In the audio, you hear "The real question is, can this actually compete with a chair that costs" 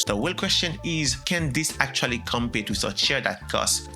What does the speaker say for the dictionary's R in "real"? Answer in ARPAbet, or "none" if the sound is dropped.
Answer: W